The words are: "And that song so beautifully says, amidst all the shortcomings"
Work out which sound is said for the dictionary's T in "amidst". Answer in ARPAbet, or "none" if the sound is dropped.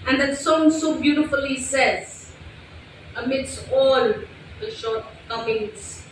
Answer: T